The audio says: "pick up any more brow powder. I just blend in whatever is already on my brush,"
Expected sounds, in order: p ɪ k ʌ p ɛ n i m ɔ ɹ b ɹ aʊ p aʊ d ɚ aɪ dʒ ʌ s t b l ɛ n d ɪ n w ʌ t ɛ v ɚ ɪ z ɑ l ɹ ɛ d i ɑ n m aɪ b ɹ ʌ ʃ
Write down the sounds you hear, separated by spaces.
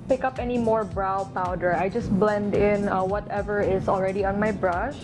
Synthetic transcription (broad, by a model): p ɪ k ʌ p ɛ n i m ɔ ɹ b ɹ aʊ p aʊ d ɚ aɪ dʒ ʌ s t b l ɛ n d ɪ n w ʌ t ɛ v ɚ ɪ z ɑ l ɹ ɛ d i ɑ n m aɪ b ɹ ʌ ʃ